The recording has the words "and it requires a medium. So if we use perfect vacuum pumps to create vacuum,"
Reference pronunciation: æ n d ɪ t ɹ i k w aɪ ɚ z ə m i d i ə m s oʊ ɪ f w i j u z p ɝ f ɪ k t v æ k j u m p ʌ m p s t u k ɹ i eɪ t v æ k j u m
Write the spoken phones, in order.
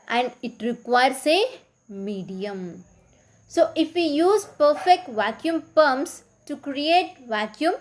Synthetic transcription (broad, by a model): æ n d ɪ t ɹ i k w aɪ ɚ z ə m i d i ə m s oʊ ɪ f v i j u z p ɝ f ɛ k t v æ k j u m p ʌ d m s t u k ɹ i eɪ t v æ k j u m